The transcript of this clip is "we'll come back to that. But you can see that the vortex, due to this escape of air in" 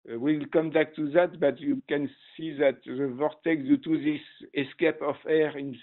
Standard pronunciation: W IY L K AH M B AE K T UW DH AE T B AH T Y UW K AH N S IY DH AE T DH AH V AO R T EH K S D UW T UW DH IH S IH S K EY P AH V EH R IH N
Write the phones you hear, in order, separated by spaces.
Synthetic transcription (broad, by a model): W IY L K AH M B AE K T UW DH AE T B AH T Y UW K AH N S IY DH AE T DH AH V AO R T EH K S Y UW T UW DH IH S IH S K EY P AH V EH R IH N